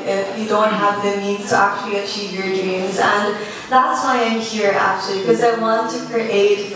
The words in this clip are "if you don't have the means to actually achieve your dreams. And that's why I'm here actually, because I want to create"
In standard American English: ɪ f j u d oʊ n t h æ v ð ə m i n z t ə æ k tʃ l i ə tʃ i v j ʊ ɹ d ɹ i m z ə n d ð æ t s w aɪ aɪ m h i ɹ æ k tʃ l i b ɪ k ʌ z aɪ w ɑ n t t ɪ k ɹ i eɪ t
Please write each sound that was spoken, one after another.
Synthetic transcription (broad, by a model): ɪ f j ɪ d oʊ n t h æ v ð ə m i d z t ə æ k tʃ l i ə tʃ i v j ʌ ɹ d ɹ i m z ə n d ð æ t s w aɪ aɪ m h i ɹ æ k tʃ i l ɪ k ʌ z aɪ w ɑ n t t ɪ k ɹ i eɪ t